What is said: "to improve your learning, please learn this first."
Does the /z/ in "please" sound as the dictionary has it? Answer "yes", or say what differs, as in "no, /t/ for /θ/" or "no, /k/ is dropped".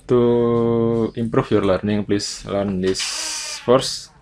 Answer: no, /s/ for /z/